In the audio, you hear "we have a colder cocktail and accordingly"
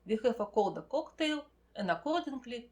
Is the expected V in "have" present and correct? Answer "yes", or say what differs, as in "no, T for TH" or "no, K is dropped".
no, F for V